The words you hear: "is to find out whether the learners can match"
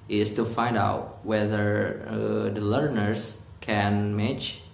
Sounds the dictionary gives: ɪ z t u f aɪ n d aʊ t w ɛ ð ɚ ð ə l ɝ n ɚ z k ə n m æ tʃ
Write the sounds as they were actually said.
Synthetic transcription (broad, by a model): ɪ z t u f aɪ n d aʊ t w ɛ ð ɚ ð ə l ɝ n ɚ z k ə n m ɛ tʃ